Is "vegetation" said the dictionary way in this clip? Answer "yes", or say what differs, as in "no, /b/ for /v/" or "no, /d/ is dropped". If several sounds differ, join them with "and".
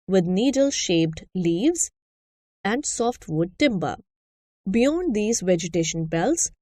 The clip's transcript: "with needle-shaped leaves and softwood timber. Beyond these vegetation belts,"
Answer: yes